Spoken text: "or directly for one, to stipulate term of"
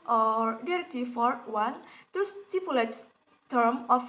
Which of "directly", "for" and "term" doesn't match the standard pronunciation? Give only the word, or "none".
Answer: directly